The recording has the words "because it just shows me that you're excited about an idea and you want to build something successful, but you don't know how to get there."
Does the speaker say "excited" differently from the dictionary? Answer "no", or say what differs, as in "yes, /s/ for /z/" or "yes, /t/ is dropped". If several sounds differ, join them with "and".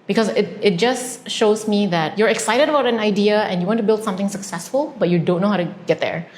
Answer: no